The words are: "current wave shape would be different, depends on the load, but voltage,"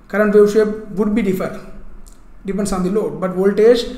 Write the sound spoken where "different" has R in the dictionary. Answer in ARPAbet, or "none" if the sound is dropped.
none